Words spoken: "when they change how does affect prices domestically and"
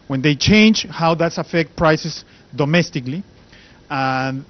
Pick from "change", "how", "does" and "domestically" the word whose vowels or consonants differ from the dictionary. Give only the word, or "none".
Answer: does